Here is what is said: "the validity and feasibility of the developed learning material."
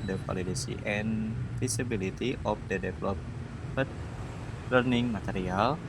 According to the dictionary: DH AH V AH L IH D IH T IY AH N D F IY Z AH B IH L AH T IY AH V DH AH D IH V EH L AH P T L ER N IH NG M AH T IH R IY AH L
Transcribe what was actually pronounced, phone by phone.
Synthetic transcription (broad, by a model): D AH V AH L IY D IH S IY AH N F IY S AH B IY L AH T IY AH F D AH D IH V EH L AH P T L ER N IH NG M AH T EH R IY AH L